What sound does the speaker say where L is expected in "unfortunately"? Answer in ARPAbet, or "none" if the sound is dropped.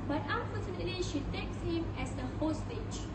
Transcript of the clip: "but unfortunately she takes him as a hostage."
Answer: none